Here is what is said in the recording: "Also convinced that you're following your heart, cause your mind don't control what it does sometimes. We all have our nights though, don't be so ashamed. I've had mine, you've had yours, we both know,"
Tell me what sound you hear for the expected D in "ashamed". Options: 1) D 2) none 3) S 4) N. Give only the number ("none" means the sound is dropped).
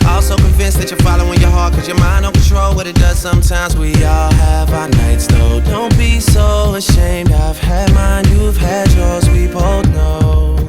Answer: 1